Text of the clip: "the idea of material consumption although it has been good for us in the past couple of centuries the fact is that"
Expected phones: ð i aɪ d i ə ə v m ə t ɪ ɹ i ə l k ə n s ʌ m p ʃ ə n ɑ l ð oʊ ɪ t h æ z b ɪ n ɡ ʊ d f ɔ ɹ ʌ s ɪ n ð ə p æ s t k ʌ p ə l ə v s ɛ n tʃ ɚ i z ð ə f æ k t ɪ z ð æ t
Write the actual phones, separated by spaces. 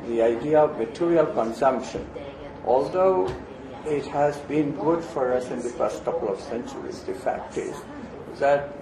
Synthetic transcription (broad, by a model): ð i aɪ d i ə ə v m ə t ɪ ɹ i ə l k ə n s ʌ m p ʃ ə n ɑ l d oʊ ɪ t h æ z b ɪ n ɡ ʊ d f ɔ ɹ ʌ s ɪ n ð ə f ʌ s t k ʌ p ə l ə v s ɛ n tʃ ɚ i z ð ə f æ k t ɪ z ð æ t